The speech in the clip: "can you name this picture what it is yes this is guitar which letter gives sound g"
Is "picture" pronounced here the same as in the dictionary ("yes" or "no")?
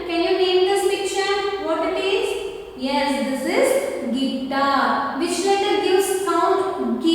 no